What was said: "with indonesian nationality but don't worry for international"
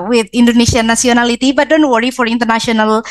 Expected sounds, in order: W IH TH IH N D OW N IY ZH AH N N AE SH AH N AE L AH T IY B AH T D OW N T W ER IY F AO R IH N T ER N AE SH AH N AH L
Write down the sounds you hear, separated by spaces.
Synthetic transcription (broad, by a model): W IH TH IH N D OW N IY SH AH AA N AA S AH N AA L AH T IY B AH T D OW N T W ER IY F AO R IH N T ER N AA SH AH N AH L